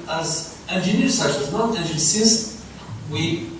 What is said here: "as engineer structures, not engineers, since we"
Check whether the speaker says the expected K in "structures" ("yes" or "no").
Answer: no